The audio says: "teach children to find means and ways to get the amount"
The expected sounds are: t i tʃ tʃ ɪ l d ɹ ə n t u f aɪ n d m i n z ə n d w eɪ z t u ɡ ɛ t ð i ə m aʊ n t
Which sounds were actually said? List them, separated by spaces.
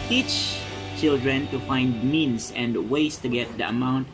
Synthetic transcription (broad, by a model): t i tʃ tʃ ɪ l d ɹ ə n t u f aɪ n d m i n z ə n d w eɪ s t u ɡ ɛ t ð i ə m aʊ n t